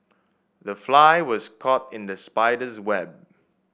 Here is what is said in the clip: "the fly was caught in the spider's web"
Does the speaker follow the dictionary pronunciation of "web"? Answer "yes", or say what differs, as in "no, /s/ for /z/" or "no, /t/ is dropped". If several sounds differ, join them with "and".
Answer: yes